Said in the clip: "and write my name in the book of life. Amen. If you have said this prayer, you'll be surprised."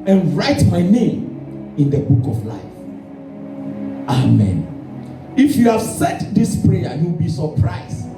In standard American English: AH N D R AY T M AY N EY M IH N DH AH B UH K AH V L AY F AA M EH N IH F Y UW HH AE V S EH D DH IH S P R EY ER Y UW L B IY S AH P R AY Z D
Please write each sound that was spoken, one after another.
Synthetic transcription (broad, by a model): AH N R AY T M AY N EY M IH N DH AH B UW K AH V L AY F AA M EH N IH F Y UW HH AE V S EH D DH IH S P R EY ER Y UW W B IY S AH P R AY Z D